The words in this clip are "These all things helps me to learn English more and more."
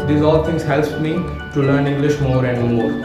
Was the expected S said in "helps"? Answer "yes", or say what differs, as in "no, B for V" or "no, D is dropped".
no, S is dropped